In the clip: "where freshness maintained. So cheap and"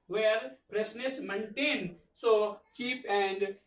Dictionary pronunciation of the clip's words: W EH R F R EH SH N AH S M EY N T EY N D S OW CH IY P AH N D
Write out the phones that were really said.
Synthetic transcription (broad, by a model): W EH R P R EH S N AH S M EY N T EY N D S OW CH IY P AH N D